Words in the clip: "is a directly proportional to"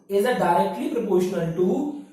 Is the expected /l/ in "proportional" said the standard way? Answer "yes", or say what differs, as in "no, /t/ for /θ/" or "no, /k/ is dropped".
no, /n/ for /l/